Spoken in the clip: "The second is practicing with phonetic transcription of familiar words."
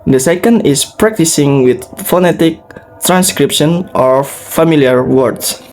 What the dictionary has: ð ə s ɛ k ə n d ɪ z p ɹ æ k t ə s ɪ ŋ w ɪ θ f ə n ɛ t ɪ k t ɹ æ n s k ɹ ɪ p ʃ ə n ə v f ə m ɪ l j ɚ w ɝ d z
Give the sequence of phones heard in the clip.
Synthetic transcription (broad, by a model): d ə s ɛ k ə n d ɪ s p ɹ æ k t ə s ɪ ŋ w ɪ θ f ə n ɛ t ɪ k t ɹ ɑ n s k ɹ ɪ p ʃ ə n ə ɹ f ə m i l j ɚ w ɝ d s